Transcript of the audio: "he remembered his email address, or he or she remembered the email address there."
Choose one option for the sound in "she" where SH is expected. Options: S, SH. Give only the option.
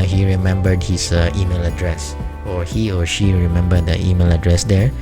SH